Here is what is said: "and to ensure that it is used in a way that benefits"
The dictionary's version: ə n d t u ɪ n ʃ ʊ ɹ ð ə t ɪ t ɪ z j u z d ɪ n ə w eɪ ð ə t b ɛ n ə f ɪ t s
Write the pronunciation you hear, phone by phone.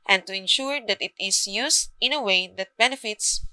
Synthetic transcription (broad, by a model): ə n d t u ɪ n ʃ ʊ ɹ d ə t ɪ t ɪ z j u s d ɪ n ə w eɪ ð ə t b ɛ n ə f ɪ t s